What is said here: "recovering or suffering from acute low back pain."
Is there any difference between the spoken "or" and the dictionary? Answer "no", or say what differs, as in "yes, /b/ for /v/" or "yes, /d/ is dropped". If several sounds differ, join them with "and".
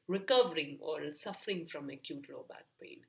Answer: yes, /l/ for /ɹ/